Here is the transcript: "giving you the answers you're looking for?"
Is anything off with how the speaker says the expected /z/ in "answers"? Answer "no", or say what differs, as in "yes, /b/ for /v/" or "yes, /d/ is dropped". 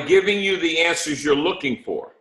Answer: no